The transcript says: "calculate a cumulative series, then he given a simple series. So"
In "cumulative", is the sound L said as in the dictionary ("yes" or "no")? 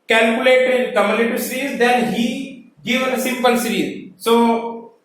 no